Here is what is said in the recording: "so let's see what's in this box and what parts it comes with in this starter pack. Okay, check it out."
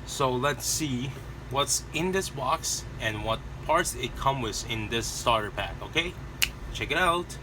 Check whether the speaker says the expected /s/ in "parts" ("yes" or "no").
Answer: yes